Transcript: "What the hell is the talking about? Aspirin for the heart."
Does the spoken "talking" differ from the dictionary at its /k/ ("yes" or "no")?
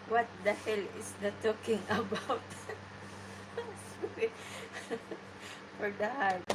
no